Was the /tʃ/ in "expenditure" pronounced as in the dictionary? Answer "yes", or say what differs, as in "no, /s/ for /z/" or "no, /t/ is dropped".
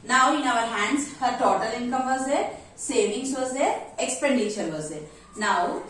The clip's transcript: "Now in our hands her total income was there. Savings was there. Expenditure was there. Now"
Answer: no, /ʃ/ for /tʃ/